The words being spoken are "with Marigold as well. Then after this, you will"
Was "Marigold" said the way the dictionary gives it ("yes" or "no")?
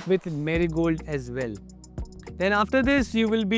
yes